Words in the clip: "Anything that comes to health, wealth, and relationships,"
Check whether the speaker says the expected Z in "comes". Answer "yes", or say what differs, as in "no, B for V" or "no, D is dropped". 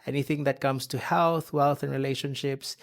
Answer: no, S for Z